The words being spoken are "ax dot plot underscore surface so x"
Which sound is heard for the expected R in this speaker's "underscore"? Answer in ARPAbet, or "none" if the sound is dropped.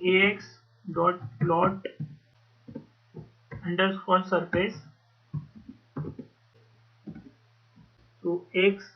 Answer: L